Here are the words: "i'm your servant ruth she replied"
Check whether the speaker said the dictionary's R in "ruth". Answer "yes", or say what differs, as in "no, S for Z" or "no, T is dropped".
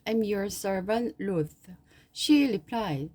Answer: no, L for R